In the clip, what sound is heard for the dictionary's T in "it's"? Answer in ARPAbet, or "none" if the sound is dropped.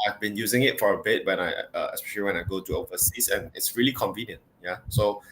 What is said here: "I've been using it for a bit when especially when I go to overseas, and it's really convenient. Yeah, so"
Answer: T